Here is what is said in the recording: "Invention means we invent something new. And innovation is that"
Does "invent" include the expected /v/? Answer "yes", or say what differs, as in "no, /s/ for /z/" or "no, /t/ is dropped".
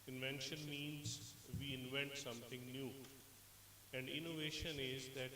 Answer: yes